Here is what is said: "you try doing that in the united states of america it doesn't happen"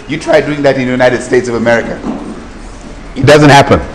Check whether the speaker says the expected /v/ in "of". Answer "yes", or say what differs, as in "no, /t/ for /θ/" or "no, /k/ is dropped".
yes